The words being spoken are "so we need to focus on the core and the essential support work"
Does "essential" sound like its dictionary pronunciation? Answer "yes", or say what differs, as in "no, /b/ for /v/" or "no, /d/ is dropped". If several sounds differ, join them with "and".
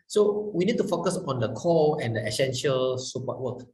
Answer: yes